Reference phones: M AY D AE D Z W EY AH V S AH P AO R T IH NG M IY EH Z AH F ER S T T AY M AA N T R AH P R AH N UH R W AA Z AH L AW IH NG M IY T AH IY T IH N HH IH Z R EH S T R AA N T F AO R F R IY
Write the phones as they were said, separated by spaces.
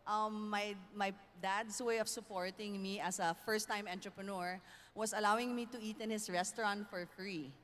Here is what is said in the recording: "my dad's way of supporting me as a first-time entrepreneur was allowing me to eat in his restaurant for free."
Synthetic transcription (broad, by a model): M AY D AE D S W EY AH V S AH P AO R T IH NG M IY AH S AH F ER S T T AY M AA N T R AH P R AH N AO R W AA S AH L AW IH NG M IY T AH IY T IH N HH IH S R EH S T R AA N T F AO R F R IY